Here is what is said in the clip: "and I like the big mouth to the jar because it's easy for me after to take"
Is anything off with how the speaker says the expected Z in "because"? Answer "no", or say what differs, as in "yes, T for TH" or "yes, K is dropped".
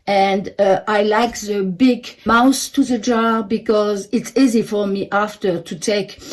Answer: no